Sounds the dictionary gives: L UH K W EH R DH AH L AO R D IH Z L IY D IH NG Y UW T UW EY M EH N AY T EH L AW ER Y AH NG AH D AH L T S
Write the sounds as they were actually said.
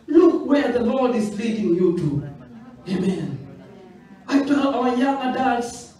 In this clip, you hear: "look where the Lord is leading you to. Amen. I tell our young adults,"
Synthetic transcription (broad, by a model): L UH K W EH R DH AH L AO R D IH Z L IY D IH NG Y UW T UW EY M EH N AY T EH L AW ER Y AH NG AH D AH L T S